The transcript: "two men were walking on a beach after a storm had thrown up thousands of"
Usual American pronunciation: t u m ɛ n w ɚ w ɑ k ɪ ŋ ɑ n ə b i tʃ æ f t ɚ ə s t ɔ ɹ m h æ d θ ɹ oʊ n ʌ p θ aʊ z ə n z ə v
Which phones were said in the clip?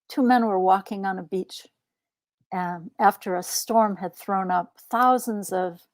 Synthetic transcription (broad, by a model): t u m ɛ n w ɚ w ɑ k ɪ ŋ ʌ n ə b i tʃ æ f t ɚ ə s t ɔ ɹ m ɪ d θ ɹ oʊ n ʌ p θ aʊ z ə n z ə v